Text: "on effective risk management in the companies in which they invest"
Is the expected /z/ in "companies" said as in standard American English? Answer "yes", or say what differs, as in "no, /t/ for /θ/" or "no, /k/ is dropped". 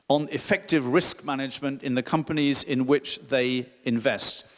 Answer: yes